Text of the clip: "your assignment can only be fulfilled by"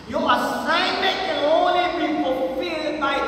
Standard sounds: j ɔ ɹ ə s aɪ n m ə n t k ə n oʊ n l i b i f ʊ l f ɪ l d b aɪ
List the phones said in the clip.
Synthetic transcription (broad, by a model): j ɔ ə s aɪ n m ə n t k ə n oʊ l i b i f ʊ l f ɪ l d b aɪ